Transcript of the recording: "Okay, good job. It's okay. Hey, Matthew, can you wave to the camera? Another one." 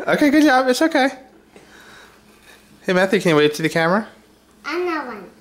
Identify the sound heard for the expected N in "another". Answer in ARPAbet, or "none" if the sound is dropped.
none